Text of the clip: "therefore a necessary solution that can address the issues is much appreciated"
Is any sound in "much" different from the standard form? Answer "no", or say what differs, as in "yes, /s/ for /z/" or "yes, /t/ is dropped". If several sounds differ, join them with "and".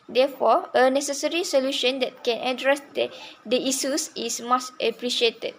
yes, /s/ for /tʃ/